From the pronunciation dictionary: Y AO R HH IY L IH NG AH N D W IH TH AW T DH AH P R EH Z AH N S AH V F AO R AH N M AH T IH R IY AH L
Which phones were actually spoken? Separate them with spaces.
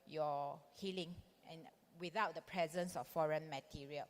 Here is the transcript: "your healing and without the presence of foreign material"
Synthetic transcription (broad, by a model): Y AO HH IY L IH NG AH N W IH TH AW T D AH P R EH Z AH N S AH F F AO R AH N M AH T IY R IY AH L